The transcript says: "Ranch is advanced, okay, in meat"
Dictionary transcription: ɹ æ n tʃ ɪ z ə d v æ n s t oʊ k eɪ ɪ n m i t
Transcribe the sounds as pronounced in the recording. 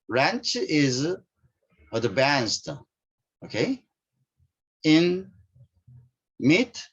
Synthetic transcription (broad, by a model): ɹ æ n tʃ ɪ z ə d b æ n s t oʊ k eɪ ɪ n m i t